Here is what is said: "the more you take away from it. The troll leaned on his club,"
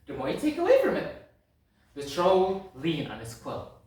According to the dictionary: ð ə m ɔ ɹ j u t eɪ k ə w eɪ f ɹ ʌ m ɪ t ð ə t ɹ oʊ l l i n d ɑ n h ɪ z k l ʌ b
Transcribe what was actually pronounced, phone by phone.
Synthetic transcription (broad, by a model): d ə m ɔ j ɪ t eɪ k ə w eɪ f ɹ ʌ m ɪ t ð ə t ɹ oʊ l l i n ɑ n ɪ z k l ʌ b